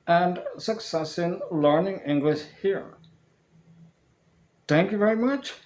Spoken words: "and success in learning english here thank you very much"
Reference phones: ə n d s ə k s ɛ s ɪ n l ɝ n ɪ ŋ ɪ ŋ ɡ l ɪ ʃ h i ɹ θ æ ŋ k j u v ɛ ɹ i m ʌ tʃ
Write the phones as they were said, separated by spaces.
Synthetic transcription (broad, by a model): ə n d s ə k s ɛ s ɪ n l ɝ n ɪ ŋ ɪ ŋ ɡ l ɪ ʃ h i ɹ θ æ ŋ k j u v ɛ ɹ i m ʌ tʃ